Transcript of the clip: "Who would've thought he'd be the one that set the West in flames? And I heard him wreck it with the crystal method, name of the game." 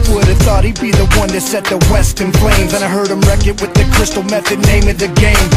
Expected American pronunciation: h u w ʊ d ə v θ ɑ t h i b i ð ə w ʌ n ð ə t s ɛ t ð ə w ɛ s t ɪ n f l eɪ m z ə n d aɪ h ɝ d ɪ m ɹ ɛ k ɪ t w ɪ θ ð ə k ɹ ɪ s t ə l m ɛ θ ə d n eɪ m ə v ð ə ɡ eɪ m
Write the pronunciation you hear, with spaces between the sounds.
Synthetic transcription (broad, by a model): w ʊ d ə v θ ɑ t h i b i ð ə w ʌ n ð ə t s ɛ t ð ə w ɛ s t ɪ n p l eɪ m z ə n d aɪ h ɝ d ɪ m ɹ ɛ k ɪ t w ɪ ð ə k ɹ ɪ s t l m ɛ θ ə d n eɪ m ə v ð ə ɡ eɪ m